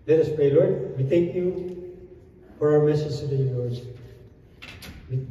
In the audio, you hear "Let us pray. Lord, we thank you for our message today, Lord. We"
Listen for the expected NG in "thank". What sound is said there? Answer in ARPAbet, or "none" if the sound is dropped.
none